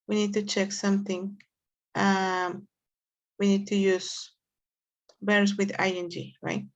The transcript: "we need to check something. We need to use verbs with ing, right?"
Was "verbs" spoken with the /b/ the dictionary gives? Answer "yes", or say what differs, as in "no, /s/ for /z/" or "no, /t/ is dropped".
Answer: no, /b/ is dropped